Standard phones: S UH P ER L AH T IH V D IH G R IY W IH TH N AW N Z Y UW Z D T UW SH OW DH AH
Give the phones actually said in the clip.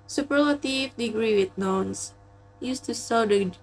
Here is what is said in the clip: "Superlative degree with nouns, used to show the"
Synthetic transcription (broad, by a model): S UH P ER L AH T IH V D IH G R IY W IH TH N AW N S Y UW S T UW S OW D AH